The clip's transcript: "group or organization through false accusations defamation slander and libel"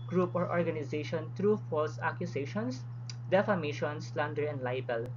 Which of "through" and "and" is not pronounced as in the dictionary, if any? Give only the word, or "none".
through